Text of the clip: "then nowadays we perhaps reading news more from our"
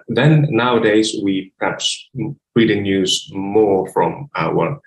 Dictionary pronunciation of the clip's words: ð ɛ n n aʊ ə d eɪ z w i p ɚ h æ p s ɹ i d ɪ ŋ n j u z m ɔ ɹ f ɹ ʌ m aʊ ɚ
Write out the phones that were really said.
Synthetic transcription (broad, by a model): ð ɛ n n aʊ ə d eɪ z w i p ɚ h æ p s ɹ i d ɪ ŋ n j u z m ɔ ɹ f ɹ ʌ m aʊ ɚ